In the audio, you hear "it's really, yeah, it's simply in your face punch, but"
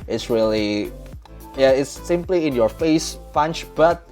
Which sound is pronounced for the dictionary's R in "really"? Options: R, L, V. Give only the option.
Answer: R